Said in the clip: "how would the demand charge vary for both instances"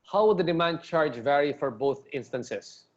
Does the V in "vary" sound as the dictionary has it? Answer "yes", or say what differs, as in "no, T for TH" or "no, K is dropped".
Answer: yes